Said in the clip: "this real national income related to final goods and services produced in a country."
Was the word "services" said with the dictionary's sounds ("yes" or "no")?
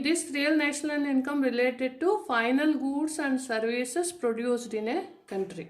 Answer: no